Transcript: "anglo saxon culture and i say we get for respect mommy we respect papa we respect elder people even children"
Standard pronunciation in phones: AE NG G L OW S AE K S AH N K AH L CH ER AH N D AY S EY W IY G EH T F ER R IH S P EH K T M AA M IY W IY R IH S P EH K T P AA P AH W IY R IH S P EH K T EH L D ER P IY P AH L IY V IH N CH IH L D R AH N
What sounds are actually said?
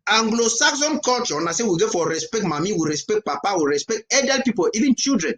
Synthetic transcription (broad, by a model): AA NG G L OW S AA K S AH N K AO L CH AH N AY S EY W IY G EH F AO R IH S P EH K T M AA M IY W IY R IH S P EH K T P AA P AH W IY R IH S P EH K T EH D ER P IY P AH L IY V IH N CH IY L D R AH N